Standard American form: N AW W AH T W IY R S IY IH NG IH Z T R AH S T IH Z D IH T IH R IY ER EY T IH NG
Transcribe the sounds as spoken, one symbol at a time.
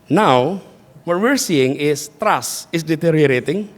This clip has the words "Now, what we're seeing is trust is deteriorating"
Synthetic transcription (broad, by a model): N AW W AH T W IY R S IY IH NG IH S T R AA S IH S D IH T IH R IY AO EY T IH NG